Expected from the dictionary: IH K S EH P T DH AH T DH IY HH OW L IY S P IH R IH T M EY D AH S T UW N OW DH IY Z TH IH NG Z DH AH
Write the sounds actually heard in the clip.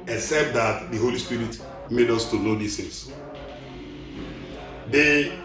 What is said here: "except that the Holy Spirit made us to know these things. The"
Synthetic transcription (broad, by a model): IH K S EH P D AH T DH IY HH OW L IY S P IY R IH T M EY D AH S T UW N OW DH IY S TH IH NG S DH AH